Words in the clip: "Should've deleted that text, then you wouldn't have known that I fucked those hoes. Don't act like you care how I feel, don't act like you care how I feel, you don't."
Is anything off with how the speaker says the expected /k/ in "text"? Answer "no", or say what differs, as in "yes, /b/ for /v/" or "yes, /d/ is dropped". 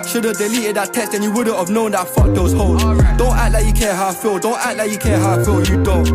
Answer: yes, /k/ is dropped